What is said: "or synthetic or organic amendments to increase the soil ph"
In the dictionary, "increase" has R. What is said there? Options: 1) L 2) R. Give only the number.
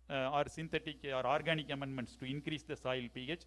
2